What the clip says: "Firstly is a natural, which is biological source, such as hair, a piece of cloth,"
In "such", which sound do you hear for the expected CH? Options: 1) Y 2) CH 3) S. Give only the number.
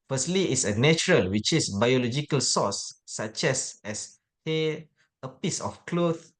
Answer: 3